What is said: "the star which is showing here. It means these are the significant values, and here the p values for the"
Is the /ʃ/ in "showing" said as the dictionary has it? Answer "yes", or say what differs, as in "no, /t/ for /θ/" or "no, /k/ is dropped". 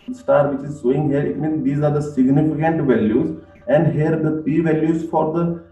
no, /s/ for /ʃ/